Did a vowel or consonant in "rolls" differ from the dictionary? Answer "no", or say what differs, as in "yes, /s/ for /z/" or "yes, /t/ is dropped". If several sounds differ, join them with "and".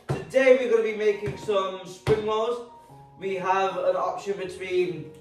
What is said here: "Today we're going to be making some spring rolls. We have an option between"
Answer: yes, /l/ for /ɹ/ and /l/ is dropped